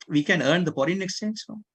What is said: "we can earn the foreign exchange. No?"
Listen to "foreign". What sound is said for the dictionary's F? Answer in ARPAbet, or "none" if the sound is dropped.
P